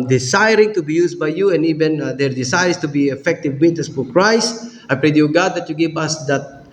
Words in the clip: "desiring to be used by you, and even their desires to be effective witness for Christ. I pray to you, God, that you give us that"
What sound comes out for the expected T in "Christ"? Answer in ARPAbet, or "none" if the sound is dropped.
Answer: none